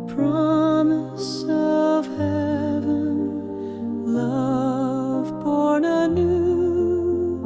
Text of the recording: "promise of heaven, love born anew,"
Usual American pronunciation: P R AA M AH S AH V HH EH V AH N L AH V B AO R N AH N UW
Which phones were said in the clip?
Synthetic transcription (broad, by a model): P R AA M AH S AH V HH EH V AH N L AH V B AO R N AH N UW